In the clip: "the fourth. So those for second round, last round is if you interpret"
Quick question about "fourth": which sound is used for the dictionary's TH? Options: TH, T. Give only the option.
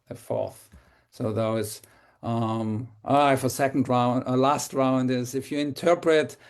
TH